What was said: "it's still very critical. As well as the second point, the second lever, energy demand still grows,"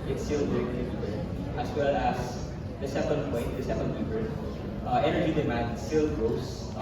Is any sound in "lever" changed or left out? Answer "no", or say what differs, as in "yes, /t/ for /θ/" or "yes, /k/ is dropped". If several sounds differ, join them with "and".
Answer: yes, /b/ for /v/